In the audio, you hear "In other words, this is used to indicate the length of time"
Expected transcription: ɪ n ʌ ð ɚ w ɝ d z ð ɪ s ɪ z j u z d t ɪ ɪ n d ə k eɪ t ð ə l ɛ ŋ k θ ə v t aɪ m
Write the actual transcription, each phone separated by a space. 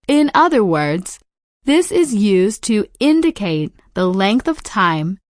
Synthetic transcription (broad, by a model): ɪ n ʌ ð ɚ w ɝ d z ð ɪ s ɪ z j u z t ɪ ɪ n d ə k eɪ t ð ə l ɛ ŋ k θ ə v t aɪ m